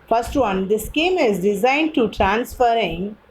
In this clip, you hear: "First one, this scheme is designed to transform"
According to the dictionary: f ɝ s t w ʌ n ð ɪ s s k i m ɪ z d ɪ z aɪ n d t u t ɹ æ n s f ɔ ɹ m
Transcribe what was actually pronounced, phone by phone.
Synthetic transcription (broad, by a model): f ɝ s t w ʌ n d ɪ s s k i m ɪ z d ɪ z aɪ n d t u t ɹ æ n s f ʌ ɹ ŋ